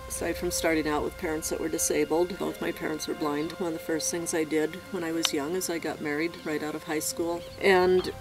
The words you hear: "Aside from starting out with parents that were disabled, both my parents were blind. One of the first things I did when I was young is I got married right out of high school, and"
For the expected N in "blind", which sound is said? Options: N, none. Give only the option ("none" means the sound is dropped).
N